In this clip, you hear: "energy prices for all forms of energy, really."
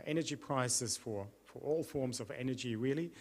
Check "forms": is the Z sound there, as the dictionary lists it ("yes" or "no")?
yes